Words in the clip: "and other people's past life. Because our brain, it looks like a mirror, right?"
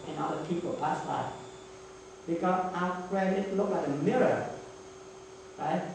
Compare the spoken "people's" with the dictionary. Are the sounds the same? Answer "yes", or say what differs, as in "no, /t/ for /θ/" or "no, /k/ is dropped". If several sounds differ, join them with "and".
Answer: no, /z/ is dropped